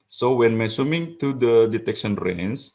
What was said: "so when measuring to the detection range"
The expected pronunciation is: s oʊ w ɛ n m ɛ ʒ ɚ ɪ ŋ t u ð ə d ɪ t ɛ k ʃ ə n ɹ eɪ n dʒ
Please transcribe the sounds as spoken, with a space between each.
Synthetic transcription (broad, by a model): s oʊ w ɛ n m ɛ s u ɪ ŋ t u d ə d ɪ t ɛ k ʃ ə n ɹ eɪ n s